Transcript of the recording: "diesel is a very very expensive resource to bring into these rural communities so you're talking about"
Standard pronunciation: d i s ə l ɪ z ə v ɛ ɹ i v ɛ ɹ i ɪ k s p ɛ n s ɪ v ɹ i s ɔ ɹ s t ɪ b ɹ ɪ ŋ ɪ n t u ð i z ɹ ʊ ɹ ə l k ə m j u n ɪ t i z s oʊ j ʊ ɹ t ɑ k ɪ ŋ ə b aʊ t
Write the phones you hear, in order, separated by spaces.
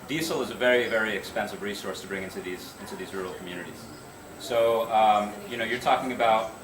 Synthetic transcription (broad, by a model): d i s l ɪ z ə v ɛ ɹ i v ɛ ɹ i ɪ k s p ɛ n s ɪ v ɹ i s ɔ ɹ s t ɪ b ɹ ɪ ŋ ɪ n t u ð i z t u ɹ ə l k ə m j u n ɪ t i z s oʊ j ʊ ɹ t ɑ k ɪ ŋ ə b aʊ t